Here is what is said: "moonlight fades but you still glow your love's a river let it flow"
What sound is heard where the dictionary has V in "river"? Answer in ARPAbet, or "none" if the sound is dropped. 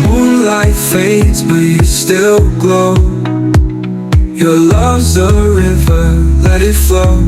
V